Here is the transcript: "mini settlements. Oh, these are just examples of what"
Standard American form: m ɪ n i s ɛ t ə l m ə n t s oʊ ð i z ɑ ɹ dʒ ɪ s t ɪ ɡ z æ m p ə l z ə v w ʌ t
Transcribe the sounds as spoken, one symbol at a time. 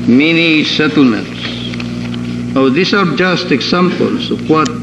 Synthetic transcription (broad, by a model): m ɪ n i s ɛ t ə l m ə n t s oʊ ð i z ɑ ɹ dʒ ɪ s t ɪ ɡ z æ m p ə l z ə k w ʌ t